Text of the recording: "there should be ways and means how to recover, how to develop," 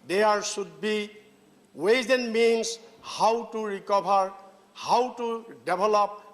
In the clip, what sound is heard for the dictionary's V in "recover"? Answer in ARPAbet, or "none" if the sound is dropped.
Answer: B